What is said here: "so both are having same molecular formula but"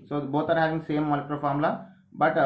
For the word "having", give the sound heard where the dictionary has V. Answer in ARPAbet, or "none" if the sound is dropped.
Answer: V